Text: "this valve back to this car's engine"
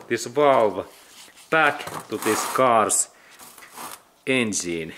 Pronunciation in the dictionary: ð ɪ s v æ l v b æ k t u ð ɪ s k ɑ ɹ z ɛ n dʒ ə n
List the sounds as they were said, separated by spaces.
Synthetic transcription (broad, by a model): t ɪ s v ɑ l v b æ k t u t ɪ s k ɑ ɹ s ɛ n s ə n